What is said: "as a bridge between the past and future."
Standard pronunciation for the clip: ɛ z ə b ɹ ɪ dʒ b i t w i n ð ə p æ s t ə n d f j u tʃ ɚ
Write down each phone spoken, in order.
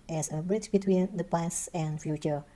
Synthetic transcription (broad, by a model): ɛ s ə b ɹ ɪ tʃ b i t w i n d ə p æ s ə n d f j u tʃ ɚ